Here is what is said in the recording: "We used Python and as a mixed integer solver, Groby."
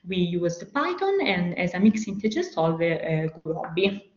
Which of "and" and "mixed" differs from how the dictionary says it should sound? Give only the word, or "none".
mixed